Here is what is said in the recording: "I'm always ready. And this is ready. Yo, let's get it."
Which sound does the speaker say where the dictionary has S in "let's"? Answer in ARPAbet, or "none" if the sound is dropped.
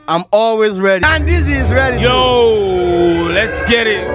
S